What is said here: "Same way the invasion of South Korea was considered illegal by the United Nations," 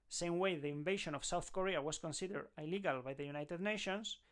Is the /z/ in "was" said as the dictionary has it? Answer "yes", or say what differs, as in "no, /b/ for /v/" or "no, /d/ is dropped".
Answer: no, /s/ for /z/